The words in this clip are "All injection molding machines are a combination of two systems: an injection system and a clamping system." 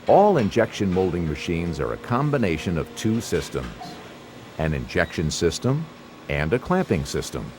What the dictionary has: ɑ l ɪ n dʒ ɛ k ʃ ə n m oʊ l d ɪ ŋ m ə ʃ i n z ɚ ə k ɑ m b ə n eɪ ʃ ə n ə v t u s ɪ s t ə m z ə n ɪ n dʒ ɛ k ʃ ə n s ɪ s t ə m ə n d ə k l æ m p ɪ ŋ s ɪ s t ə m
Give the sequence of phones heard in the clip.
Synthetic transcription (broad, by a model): ɑ l ɪ n dʒ ɛ k ʃ ə n m oʊ l d ɪ ŋ m ə ʃ i n z ɚ ə k ɑ m b ə n eɪ ʃ ə n ə v t u s ɪ s t ə m z ə n ɪ n dʒ ɛ k ʃ ə n s ɪ s t ə m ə n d ə k l æ m p ɪ ŋ s ɪ s t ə m